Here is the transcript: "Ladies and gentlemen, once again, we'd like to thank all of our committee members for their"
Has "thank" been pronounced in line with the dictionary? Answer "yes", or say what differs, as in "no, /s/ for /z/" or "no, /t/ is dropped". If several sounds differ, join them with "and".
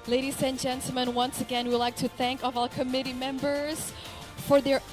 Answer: yes